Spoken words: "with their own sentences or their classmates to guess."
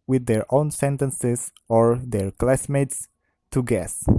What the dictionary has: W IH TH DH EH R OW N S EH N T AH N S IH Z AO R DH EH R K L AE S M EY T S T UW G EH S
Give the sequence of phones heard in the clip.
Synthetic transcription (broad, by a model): W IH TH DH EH R OW N S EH N T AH N S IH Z AO R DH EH R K L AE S M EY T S T UW G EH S